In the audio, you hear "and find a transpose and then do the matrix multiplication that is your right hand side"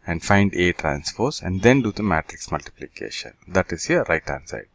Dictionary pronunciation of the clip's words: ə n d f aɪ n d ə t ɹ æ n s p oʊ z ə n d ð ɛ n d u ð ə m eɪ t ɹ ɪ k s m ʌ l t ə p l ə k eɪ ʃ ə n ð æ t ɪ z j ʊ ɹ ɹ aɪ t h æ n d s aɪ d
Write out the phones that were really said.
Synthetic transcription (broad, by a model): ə n d f aɪ n d ə t ɹ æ n s f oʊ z ə n d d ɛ n d u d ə m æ t ɹ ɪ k s m ʌ l t ə p l ə k eɪ ʃ ə n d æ t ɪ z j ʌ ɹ ɹ aɪ t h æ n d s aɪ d